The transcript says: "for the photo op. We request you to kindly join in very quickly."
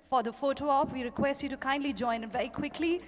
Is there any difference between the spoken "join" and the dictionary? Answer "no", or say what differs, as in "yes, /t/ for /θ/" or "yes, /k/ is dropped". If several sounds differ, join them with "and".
yes, /n/ is dropped